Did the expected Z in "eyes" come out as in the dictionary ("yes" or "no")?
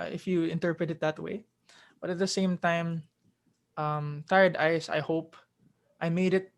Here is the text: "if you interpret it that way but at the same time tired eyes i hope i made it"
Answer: no